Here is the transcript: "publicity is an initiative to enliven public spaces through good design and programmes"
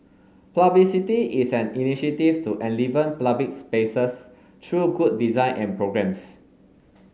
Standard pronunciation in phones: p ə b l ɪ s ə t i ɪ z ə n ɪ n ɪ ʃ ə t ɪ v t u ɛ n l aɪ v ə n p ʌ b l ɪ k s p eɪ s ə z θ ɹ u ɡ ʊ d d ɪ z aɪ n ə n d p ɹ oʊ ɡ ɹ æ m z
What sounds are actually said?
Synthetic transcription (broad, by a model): p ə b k s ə t i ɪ s ə n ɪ n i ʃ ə t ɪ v t u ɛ n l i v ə n p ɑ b ɪ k s p eɪ s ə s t ɹ u ɡ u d d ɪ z aɪ n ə n p ɹ oʊ ɡ ɹ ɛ m s